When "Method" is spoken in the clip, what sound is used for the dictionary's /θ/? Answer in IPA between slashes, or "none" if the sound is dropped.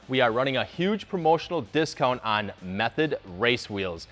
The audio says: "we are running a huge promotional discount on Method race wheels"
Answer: /θ/